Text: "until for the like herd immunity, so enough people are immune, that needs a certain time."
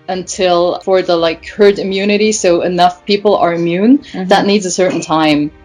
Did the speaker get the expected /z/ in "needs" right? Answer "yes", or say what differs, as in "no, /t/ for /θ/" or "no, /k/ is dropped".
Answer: yes